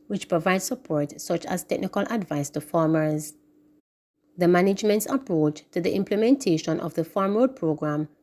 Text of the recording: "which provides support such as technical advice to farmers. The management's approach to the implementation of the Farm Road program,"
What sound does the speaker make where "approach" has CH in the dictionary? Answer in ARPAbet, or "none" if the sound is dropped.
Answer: CH